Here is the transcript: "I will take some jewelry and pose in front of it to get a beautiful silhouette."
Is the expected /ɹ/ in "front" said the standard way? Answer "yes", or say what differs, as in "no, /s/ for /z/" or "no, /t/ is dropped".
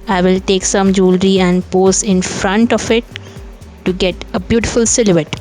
yes